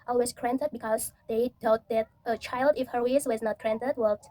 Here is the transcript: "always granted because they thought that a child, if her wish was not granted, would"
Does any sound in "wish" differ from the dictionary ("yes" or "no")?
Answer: yes